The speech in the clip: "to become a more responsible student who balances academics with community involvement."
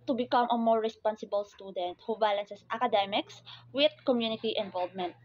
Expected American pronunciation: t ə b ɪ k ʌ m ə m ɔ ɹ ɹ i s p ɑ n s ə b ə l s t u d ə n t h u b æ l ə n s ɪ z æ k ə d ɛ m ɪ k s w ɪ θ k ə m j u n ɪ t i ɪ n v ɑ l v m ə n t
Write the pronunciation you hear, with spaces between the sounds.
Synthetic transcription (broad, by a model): t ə b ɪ k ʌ m ə m ɔ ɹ ɹ i s p ɑ n s ə b ə l s t u d ə n t h u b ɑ l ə n s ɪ s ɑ k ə d ɛ m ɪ k s w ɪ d k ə m j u n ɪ t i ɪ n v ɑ l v m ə n t